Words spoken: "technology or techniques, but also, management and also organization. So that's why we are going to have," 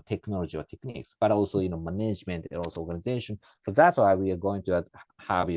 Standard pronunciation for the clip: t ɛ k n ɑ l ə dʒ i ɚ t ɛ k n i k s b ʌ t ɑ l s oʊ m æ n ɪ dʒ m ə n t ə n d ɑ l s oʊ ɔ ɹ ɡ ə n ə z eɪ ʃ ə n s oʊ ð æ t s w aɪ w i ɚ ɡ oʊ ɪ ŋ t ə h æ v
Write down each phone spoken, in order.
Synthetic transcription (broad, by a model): t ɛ k n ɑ l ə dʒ i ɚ t ɛ k n i k s b ʌ t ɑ l s oʊ m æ n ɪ dʒ m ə n t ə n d ɑ l s oʊ ɔ ɹ ɡ ə n ə z eɪ ʃ ə n s oʊ ð æ t s w aɪ w i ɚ ɡ oʊ ɪ ŋ t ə h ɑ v